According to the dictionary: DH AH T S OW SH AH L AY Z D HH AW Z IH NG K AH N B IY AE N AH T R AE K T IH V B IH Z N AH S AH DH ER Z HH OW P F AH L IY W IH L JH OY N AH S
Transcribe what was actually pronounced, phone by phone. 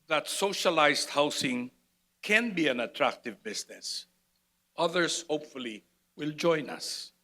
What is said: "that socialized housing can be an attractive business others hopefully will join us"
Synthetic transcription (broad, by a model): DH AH T S OW SH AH L AY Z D HH AW S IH NG K AH N B IY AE N AH T R AE K T IH V B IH S N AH S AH DH ER S HH OW P F AH L IY W IH L JH OY N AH S